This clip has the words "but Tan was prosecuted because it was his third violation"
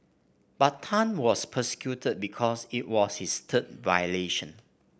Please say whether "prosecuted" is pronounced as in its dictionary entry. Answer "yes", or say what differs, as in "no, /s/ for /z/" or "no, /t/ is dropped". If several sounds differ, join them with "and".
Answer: no, /ɹ/ is dropped